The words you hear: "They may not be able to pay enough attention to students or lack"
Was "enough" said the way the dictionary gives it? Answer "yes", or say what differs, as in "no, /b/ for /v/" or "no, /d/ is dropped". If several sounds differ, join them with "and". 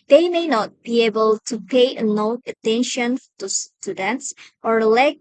no, /f/ is dropped